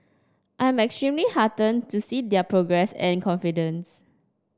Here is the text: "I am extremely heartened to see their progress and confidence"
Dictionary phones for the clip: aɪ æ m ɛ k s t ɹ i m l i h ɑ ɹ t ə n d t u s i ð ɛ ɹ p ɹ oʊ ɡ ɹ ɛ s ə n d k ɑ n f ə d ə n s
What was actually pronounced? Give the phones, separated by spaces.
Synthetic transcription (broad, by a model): aɪ m ɛ k s t ɹ i m l i h ɑ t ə n t u s i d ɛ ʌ p ɹ oʊ ɡ ɹ ɛ s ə n k ɑ n f ə d ə n s